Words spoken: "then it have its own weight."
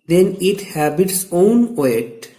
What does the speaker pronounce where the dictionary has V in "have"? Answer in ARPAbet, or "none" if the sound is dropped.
B